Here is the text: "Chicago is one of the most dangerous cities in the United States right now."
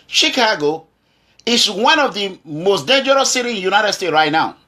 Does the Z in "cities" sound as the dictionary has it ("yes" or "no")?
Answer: no